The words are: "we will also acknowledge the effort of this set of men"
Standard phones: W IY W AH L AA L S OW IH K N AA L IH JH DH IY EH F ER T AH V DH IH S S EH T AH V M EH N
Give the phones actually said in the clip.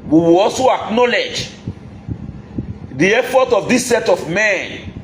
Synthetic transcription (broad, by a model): W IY W AH L AA L S OW IH K N AA L IH JH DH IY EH F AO T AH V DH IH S S EH T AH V M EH N